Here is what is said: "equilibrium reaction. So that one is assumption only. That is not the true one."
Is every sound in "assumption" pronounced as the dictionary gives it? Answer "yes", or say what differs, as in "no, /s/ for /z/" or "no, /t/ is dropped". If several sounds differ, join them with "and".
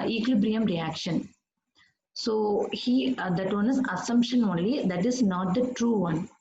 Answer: yes